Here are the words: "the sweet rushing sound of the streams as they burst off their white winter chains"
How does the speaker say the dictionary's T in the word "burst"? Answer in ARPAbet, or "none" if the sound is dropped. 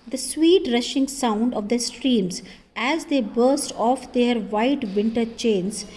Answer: T